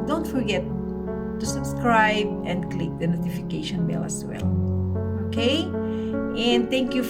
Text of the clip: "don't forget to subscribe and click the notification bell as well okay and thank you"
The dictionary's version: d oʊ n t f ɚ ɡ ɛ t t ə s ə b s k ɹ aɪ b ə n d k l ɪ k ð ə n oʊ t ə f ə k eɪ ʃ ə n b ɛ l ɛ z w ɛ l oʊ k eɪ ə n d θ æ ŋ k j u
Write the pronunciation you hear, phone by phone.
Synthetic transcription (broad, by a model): d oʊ n t f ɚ ɡ ɛ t t ə s ə b s k ɹ aɪ b ə n d k l ɪ k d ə n oʊ t ə f ə k eɪ ʃ ə n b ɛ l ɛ s w ɛ l oʊ k eɪ ə n d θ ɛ ŋ k j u